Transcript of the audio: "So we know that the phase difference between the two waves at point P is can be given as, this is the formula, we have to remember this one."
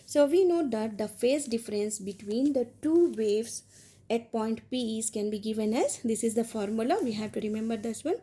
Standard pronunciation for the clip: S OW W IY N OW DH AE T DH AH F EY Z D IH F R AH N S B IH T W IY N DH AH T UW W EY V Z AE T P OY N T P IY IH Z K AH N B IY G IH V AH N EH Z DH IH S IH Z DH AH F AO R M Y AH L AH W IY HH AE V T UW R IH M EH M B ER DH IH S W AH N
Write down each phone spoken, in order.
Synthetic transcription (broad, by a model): S OW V IY N OW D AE T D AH F EY S D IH F R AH N S B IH T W IY N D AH T UW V EY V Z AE T P OY N T P IY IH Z K AH N B IY G IH V AH N EH Z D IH S IH Z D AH F AO R M Y AH L AH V IY HH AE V T UW R IH M EH M B ER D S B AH N